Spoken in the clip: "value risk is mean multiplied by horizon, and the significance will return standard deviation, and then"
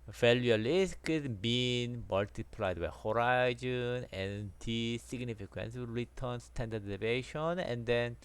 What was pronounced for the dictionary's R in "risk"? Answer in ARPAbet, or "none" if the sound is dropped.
L